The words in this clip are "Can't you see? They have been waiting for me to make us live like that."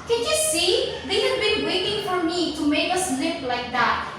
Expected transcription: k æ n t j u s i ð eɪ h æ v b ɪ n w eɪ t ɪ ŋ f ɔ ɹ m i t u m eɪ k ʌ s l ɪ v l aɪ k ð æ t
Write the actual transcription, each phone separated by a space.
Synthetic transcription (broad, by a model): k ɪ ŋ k j u s i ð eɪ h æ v b ɪ n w eɪ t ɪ ŋ f ɔ ɹ m i t u m eɪ k ʌ s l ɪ p l aɪ k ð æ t